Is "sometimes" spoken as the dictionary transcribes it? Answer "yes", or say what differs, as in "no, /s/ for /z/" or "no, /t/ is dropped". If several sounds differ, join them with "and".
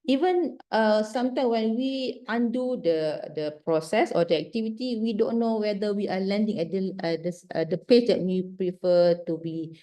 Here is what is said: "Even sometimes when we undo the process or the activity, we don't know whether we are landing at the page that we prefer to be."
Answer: no, /z/ is dropped